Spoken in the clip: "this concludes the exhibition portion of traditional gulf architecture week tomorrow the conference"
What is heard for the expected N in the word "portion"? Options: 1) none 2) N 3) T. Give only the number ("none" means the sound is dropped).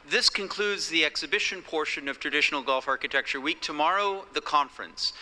2